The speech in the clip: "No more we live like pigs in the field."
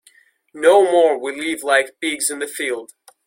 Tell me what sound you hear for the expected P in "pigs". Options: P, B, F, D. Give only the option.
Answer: B